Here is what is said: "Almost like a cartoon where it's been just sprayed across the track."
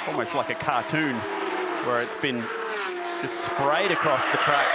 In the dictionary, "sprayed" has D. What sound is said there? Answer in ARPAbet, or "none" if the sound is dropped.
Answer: D